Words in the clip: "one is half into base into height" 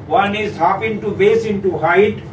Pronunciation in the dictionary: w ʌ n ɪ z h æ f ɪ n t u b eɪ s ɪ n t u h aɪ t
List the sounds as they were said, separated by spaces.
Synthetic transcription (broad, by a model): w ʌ n ɪ z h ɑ p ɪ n t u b eɪ s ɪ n t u h aɪ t